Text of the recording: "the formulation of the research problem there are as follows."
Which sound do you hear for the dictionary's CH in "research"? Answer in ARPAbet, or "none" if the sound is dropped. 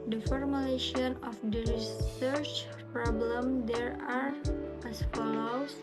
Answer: CH